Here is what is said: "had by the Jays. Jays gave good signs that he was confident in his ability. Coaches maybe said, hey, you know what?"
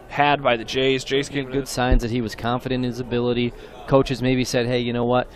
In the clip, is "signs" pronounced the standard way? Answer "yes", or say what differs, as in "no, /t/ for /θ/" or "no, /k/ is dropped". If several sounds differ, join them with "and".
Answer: yes